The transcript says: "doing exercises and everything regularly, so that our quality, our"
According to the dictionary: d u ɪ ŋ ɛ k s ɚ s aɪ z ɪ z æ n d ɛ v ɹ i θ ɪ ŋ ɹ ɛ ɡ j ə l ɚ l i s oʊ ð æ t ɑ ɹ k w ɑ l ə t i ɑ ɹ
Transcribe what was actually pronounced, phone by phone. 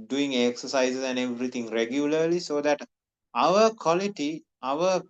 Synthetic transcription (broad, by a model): d u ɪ ŋ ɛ k s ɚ s aɪ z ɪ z æ n d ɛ v ɹ i t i ŋ ɹ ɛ ɡ j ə l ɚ l i s oʊ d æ t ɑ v k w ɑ l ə t i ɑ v